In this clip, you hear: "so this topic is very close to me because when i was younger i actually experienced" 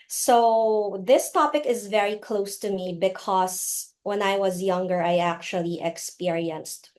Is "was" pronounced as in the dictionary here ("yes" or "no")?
yes